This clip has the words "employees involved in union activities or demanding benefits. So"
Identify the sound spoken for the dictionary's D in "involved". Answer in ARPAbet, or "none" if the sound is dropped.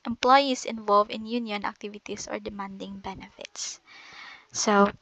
none